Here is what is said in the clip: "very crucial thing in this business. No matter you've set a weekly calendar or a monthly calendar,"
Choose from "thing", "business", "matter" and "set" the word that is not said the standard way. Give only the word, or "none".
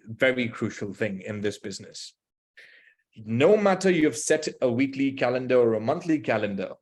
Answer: none